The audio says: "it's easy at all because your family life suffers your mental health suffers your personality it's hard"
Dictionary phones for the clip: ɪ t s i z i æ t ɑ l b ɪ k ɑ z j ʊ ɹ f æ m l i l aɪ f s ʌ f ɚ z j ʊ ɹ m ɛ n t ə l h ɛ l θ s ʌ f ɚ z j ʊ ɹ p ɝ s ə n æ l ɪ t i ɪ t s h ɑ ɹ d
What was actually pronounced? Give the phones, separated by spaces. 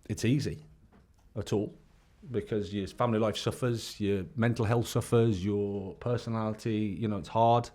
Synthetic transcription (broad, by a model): ɪ t s i z i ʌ t ɑ l b ɪ k ɑ z j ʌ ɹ f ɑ m l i l aɪ f s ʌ f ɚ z j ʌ m ɛ n t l h ɛ l θ s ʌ f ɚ z j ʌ p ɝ s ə n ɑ l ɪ t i ɪ t s h ɑ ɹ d